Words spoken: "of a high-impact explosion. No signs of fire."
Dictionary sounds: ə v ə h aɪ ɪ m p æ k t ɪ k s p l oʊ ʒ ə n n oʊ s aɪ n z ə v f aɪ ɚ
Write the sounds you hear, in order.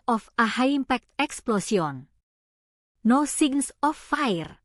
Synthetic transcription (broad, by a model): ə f ə h aɪ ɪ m p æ k t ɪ k s p l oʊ s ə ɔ n oʊ s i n s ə f aɪ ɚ